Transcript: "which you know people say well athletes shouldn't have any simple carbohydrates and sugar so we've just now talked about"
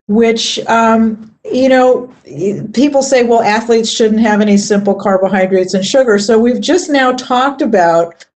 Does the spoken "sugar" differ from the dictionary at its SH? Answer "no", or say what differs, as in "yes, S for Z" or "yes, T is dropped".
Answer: no